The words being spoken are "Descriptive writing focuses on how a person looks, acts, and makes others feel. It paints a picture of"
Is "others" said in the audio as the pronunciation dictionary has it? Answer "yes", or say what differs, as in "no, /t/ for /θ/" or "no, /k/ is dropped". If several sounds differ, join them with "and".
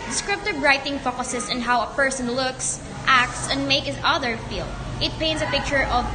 no, /z/ is dropped